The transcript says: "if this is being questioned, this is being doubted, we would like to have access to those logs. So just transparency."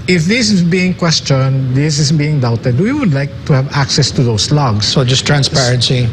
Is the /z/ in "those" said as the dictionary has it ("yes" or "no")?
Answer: no